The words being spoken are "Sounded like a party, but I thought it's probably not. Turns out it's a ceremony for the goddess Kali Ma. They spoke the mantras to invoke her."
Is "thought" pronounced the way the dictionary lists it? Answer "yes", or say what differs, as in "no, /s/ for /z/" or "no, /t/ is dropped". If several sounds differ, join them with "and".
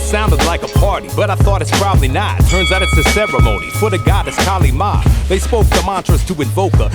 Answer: yes